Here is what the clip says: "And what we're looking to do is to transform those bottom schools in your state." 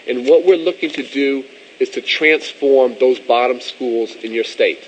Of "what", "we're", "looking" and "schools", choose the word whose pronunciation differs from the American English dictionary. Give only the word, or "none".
none